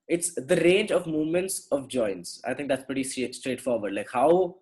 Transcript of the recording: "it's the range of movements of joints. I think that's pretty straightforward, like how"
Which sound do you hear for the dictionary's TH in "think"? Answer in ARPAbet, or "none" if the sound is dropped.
T